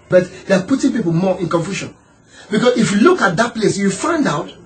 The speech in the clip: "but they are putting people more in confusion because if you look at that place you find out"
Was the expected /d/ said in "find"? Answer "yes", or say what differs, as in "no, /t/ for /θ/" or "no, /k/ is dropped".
yes